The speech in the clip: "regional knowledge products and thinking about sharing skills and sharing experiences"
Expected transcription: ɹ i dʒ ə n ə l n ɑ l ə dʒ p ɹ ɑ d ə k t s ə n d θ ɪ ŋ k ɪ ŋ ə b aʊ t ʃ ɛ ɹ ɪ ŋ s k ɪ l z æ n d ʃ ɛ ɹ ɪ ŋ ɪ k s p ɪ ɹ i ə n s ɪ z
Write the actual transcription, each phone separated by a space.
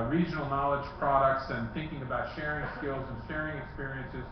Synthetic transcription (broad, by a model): ɹ i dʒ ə n l n ɑ l ə dʒ p ɹ ɑ d ə k t s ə n θ ɪ ŋ k ɪ ŋ ə b aʊ t ʃ ɛ ɹ ɪ ŋ s k ɪ l z n ʃ ɛ ɹ ɪ ŋ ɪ k s p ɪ ɹ i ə n s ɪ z